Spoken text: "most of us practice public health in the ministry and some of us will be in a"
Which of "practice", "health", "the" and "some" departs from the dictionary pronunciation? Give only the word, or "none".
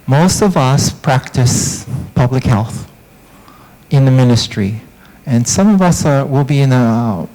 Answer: none